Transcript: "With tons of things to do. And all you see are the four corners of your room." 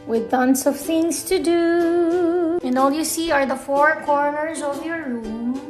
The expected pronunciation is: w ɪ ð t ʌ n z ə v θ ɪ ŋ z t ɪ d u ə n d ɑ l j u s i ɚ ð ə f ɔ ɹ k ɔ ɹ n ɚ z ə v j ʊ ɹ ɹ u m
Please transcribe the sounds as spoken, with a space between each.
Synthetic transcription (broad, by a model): w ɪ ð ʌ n s ə v θ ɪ ŋ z t ɪ d u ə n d ɑ l j u s i ɚ ð ə f ɔ ɹ k ɔ ɹ n ɚ z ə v j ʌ ɹ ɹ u m